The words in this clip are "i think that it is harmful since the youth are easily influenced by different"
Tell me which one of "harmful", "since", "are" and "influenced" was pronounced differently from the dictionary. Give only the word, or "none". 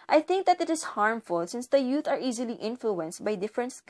none